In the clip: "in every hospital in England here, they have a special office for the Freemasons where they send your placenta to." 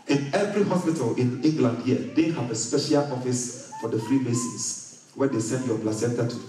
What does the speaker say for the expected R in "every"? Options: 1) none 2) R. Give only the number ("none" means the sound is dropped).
2